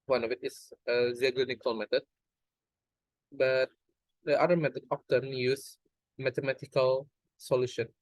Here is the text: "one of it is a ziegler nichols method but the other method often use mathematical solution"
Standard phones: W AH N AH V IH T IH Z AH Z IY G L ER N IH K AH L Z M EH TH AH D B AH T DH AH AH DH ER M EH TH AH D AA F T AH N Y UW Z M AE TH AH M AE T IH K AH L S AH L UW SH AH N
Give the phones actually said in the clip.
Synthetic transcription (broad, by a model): W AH N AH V IH T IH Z AH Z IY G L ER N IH K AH L M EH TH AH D B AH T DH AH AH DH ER M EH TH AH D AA P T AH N Y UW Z M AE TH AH M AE T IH K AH L S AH L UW SH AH N